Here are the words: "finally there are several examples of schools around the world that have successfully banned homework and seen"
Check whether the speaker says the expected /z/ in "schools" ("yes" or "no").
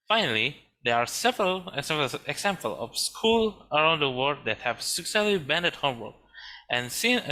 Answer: no